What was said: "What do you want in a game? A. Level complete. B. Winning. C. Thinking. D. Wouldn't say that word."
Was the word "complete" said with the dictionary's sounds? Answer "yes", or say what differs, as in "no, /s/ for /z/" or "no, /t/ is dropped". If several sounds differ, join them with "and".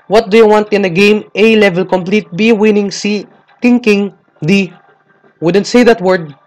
yes